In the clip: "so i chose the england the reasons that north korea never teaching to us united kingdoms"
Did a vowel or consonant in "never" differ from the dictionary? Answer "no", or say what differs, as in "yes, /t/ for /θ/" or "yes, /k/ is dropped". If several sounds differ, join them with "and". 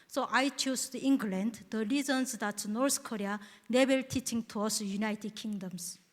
yes, /b/ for /v/